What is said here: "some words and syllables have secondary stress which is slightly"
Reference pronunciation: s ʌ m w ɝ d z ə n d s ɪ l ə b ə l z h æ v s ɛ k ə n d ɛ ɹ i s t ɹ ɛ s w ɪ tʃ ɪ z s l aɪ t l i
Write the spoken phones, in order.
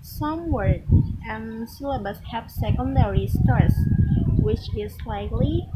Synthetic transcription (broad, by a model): s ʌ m w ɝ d ə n s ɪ l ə b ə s h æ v s ɛ k ə n d ɛ ɹ i s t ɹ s w ɪ tʃ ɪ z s l aɪ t l i